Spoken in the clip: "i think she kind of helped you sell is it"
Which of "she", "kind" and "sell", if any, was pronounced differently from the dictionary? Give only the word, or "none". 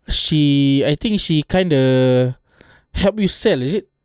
none